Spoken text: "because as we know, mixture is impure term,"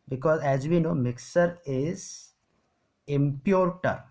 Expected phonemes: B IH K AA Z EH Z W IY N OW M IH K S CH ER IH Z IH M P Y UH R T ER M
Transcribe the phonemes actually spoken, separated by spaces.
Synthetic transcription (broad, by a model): B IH K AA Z EH Z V IY N OW M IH K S ER IH Z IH M P Y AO R T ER